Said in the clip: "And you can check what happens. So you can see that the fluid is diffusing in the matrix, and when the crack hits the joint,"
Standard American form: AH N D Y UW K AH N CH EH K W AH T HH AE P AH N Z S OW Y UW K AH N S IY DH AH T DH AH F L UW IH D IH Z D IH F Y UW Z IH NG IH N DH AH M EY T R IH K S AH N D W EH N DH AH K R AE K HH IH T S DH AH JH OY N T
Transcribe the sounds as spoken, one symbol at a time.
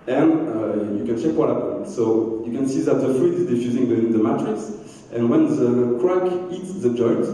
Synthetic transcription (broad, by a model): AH N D Y UW K AH N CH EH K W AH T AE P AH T S OW Y UW K AH N S IY DH AH T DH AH F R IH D IH Z D IH F Y UW Z IH NG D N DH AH M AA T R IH S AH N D W EH N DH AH K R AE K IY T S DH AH JH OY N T